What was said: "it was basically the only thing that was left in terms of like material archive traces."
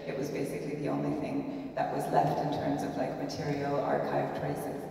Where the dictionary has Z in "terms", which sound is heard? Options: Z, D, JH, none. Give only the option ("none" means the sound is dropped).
Z